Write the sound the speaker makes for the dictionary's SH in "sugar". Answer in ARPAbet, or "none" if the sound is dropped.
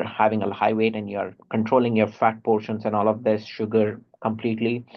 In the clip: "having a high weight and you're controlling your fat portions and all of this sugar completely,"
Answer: SH